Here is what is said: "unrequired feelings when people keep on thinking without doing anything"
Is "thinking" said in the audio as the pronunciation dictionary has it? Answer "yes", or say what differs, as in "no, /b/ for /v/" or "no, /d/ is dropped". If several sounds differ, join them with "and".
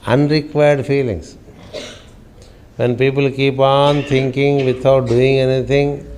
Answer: no, /t/ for /θ/